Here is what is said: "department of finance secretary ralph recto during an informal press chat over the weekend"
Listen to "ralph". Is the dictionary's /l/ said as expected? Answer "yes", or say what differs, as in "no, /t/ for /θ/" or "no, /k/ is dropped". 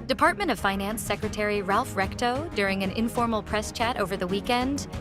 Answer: yes